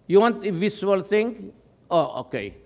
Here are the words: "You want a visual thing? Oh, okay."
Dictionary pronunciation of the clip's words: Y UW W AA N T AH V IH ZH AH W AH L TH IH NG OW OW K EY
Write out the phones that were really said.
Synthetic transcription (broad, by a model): Y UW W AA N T AH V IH S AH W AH L T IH NG OW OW K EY